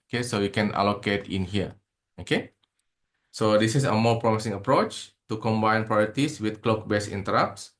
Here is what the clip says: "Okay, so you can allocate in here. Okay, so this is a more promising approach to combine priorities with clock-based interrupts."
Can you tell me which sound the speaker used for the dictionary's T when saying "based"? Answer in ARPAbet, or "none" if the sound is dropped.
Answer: none